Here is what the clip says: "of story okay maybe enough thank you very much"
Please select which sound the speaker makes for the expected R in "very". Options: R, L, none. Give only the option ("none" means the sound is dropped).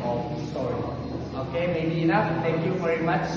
R